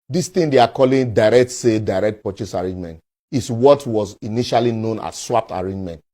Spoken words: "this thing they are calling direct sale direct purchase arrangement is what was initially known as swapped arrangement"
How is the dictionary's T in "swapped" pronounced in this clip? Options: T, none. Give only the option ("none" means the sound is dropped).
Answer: T